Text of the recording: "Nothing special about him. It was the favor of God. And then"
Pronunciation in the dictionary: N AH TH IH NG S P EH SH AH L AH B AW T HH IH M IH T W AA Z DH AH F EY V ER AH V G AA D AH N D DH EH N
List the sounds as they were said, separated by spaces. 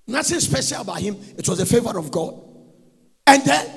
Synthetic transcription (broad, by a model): N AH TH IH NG S P EH SH AH L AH B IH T HH IH M IH T W AA Z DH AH F EY V ER AH V G AA D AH N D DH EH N